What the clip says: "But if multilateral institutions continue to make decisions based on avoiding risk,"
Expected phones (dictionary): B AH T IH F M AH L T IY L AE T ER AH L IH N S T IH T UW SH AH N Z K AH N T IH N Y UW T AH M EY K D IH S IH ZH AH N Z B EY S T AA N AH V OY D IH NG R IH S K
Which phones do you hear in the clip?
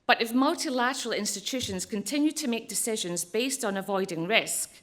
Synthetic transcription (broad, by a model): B AH T IH F M AH L T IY L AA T ER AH L IH N S T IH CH UW SH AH N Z K AH N T IH N Y UW T AH M EY K D IH S IH ZH AH N Z B EY S T N AH V OY D IH NG R IH S K